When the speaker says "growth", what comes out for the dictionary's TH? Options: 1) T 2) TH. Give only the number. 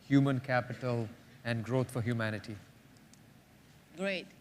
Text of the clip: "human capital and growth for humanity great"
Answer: 1